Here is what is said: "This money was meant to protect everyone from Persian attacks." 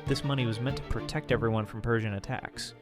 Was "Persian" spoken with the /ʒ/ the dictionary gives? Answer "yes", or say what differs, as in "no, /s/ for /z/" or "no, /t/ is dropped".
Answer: yes